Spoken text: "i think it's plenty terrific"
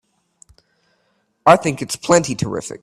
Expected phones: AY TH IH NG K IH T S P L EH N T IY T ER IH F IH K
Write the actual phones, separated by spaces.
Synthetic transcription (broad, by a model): AY TH IH NG K IH T S P L EH N T IY T ER IH F IH K